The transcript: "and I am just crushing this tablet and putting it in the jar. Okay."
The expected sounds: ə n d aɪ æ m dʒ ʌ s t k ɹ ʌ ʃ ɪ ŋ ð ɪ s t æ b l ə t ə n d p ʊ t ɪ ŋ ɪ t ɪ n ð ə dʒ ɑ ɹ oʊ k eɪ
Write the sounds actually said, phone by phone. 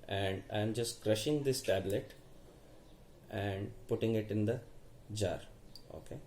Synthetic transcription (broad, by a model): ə n d aɪ m dʒ ʌ s t k ɹ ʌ ʃ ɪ ŋ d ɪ s t æ b l ə t ə n d p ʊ t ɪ ŋ ɪ t ɪ n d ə dʒ ɑ ɹ oʊ k eɪ